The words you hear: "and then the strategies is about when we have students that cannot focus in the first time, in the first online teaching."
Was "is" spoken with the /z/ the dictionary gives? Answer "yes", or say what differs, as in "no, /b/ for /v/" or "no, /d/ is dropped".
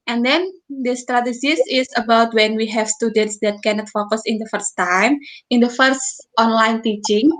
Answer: no, /s/ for /z/